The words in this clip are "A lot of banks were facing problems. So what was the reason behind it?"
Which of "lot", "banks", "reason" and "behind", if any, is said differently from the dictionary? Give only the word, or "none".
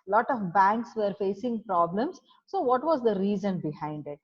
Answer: none